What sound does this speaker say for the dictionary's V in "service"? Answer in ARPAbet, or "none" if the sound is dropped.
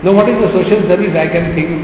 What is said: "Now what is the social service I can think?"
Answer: none